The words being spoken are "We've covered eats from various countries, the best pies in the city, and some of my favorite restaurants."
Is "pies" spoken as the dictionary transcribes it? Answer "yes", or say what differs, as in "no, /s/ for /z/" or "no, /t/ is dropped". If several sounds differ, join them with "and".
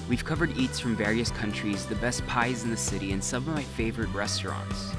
yes